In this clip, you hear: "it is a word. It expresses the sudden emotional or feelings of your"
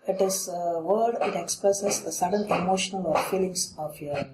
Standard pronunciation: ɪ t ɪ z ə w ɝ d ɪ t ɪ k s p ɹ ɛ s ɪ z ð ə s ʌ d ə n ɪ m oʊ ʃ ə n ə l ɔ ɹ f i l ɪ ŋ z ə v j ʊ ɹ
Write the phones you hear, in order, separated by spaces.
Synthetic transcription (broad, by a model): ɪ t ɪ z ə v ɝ d ɪ t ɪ k s p ɹ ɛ s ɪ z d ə s ʌ d ə n ɪ m oʊ ʃ ə n ə l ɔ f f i l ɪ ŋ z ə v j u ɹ